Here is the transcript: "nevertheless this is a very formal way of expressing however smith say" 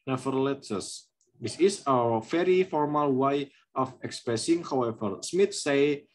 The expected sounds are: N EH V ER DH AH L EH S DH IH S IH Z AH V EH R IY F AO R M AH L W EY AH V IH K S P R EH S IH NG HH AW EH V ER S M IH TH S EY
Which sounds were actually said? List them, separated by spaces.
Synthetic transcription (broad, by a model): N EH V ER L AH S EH S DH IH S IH S AH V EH R IY F AO R M AH L W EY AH F IH K S P R EH S IH NG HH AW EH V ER S M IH T S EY